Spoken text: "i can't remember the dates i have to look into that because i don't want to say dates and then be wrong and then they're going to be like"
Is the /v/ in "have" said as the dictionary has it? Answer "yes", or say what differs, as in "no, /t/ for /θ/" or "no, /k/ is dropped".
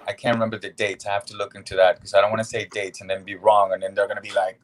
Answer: no, /f/ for /v/